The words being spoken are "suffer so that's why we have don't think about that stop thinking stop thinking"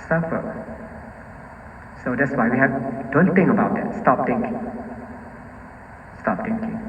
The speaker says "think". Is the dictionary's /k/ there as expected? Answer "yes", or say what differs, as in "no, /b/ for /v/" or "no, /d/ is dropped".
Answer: no, /k/ is dropped